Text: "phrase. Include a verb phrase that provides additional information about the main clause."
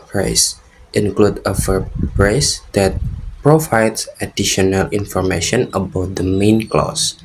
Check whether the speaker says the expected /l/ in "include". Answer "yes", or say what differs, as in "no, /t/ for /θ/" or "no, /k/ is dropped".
yes